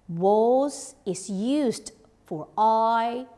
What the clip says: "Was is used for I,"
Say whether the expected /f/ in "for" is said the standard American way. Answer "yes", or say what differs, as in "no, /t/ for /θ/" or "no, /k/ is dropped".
yes